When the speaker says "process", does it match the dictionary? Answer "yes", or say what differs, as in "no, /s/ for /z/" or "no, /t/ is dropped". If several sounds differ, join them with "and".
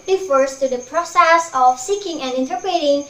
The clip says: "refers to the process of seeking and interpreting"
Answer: yes